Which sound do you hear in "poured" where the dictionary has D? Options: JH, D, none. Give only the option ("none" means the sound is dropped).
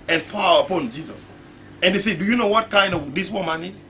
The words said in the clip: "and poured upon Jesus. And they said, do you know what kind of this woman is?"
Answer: none